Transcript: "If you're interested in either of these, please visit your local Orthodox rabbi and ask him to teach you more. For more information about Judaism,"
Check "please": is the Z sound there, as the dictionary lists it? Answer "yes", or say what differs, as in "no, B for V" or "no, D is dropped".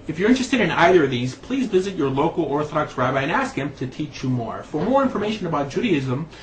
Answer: yes